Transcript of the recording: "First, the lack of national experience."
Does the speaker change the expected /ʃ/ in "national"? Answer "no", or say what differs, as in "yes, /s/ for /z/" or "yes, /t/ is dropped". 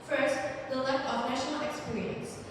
no